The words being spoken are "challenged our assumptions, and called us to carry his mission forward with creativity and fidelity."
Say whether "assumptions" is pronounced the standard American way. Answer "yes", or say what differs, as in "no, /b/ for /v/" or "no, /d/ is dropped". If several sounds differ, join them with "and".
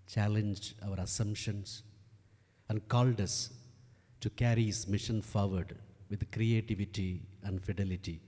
no, /s/ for /z/